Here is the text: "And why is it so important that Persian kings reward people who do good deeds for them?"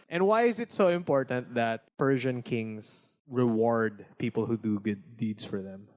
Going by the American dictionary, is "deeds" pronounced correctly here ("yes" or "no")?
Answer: no